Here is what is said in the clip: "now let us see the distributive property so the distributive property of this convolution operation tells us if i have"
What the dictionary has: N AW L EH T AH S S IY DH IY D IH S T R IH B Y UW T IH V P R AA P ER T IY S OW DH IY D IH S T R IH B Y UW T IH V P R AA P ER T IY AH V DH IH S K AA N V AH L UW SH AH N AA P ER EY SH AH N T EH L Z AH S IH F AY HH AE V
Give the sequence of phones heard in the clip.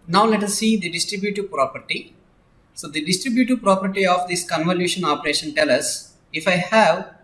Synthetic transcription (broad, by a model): N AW L EH T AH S S IY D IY D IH S T R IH B Y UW T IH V P R AA P ER T IY S OW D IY D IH S T R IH B Y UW T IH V P R AA P ER T IY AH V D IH S K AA N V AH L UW SH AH N AA P ER EY SH AH N T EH L AH S IH F AY HH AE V